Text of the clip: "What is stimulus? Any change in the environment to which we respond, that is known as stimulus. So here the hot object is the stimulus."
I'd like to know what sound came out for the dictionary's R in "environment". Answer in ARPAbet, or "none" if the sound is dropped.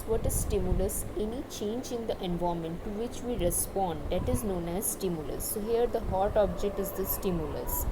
none